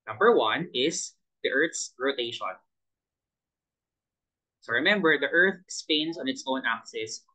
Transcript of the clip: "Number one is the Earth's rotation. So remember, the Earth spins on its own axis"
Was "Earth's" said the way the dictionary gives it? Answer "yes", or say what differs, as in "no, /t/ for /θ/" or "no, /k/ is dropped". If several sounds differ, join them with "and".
yes